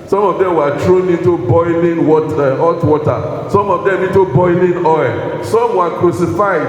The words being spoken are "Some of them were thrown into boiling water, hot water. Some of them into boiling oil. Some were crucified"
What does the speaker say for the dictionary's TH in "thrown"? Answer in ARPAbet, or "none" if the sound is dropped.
T